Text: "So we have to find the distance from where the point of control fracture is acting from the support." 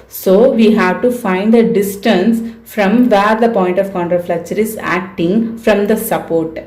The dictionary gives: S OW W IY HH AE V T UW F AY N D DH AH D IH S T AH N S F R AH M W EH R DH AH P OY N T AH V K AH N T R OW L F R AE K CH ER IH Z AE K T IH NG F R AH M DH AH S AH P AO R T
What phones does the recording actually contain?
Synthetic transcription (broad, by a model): S OW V IY HH AE V T UW F AY N D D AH D IH S T AH N S F R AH M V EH R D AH P OY N T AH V K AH N T R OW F L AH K CH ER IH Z AE K T IH NG F R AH M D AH S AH P AO R T